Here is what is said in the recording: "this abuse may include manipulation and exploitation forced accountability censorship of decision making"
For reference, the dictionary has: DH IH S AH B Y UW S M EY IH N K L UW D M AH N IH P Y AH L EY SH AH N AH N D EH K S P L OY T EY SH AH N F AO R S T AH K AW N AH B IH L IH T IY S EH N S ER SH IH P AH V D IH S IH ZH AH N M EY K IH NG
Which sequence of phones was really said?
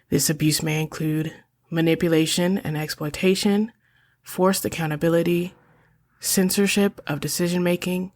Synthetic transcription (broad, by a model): DH IH S AH B Y UW S M EY IH N K L UW D M AH N IH P Y AH L EY SH AH N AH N EH K S P L OY T EY SH AH N F AO R S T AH K AW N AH B IH L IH T IY S EH N S ER SH IH P AH V D IH S IH ZH AH N M EY K IH NG